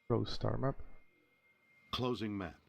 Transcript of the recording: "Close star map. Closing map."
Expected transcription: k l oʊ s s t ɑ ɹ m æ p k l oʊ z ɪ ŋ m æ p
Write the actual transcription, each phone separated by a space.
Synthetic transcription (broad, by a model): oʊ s s t ɑ ɹ m æ p k l oʊ z ɪ ŋ m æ